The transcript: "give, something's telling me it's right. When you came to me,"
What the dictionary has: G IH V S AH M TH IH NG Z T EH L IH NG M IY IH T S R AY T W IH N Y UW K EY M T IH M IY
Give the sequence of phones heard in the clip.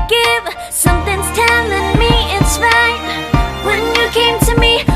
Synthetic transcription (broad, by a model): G IH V S AH M TH IH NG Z T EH N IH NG M IY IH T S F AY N W IH N Y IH K EY M T IH M IY